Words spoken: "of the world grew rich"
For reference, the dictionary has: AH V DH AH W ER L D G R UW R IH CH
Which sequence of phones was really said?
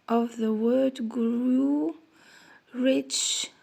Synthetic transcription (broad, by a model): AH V DH AH W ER D G R UW R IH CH